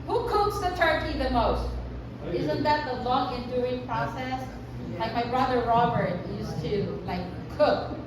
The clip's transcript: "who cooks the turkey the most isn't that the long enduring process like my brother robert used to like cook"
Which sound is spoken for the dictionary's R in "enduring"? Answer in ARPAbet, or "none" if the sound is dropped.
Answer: none